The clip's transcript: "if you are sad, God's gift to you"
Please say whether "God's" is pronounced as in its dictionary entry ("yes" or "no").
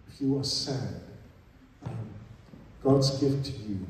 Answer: yes